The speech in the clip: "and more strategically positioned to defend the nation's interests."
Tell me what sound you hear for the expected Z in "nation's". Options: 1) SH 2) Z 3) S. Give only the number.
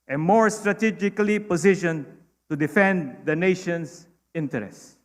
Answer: 3